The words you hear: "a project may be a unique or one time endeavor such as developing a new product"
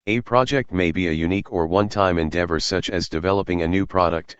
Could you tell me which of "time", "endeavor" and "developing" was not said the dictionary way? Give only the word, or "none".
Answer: none